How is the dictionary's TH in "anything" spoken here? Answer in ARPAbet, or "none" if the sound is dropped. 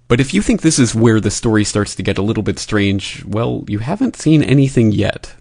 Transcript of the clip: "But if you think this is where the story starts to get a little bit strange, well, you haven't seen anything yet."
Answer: TH